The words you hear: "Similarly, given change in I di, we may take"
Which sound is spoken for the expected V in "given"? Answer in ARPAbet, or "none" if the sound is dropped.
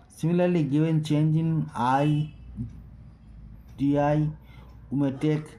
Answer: W